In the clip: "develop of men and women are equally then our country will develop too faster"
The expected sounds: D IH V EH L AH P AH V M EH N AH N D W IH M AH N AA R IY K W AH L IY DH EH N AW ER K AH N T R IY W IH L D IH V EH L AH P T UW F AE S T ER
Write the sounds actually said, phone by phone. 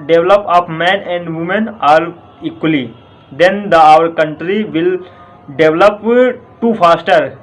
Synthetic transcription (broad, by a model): D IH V L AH P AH P M EH N AH N D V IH M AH N AA R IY K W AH L IY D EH N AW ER K AH N T R IY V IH L D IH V L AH P T UW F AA S T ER